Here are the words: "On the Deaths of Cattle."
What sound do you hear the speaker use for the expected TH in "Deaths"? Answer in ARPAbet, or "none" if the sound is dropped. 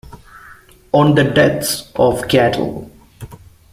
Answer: T